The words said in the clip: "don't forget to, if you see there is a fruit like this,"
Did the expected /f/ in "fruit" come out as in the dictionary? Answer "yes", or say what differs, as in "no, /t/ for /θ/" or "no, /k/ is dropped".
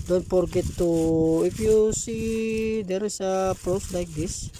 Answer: no, /p/ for /f/